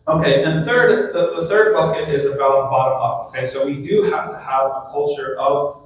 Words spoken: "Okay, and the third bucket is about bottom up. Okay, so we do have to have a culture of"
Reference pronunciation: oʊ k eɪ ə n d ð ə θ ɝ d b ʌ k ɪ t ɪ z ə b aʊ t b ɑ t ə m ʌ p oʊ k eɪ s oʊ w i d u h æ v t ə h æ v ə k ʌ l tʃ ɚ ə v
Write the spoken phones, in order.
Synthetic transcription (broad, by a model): oʊ k eɪ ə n d ð ə θ ɝ d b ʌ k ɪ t ɪ z ə b aʊ t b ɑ t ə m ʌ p oʊ k eɪ s oʊ w i d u h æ f t ə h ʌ v ə k ʌ l tʃ ɚ ə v